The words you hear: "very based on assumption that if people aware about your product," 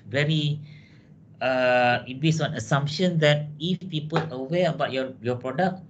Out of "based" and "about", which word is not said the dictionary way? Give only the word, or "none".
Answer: based